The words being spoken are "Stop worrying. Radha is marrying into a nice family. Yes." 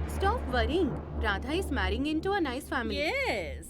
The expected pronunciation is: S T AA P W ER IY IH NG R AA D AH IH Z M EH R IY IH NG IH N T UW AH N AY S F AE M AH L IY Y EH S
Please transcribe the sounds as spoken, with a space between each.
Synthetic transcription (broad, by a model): S T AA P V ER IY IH NG R AA D AH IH S M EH R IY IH NG IH N T UW AH N AY S F AE M AH L IY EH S